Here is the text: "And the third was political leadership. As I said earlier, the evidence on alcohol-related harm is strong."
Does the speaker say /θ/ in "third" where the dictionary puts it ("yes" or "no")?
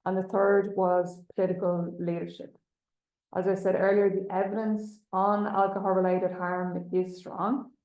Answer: yes